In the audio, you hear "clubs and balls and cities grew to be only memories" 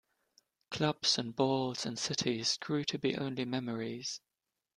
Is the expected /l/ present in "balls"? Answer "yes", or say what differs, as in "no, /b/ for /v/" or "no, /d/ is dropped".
yes